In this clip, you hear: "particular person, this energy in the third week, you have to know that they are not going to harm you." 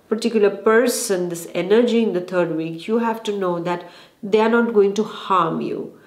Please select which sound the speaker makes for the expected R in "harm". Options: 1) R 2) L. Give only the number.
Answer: 1